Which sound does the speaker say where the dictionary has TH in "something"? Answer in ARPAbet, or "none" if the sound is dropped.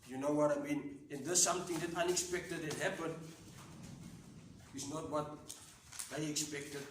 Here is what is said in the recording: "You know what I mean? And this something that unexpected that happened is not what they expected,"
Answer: T